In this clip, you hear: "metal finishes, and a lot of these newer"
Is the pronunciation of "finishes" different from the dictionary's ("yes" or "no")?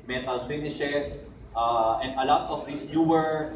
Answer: yes